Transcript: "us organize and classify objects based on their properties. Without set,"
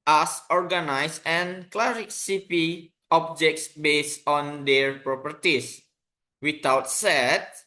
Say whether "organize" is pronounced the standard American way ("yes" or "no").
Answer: no